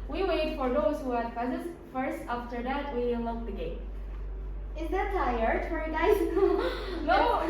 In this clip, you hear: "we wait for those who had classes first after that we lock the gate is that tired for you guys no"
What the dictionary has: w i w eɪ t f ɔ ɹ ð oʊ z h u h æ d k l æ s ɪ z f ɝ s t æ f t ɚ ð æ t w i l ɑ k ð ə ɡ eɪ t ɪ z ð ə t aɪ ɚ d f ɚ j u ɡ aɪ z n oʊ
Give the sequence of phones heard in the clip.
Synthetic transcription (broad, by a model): w i w eɪ t f ɔ ɹ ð oʊ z h u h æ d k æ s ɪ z f ɝ s t æ f t ɚ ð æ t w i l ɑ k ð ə ɡ eɪ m ɪ z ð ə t aɪ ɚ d f ɚ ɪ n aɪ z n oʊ